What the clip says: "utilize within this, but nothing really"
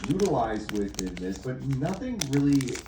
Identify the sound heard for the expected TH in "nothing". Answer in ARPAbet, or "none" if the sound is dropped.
TH